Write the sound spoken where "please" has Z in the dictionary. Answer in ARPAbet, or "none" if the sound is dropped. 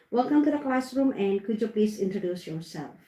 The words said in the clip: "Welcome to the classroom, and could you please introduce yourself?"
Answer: S